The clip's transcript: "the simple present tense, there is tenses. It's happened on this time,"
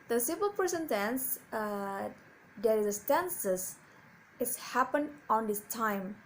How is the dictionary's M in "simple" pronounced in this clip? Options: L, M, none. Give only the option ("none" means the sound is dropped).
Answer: none